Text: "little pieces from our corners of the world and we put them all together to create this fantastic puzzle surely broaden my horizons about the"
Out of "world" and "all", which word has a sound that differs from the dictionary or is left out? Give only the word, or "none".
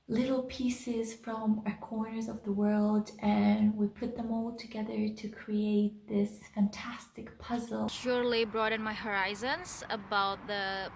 none